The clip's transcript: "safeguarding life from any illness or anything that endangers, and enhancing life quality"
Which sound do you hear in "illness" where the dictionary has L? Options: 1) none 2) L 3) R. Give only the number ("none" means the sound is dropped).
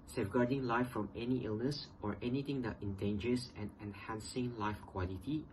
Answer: 2